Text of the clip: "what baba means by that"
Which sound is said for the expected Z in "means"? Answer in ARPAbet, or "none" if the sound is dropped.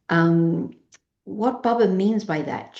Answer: Z